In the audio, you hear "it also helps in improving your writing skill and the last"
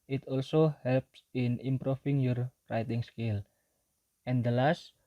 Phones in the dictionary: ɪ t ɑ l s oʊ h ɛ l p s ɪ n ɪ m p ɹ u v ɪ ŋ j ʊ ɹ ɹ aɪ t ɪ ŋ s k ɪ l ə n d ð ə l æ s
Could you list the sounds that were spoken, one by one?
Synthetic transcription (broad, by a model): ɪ t ɑ l s oʊ h ɛ l p s ɪ n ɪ m p ɹ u f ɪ ŋ j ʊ ɹ ɹ aɪ t ɪ ŋ s k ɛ l ə n d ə l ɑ s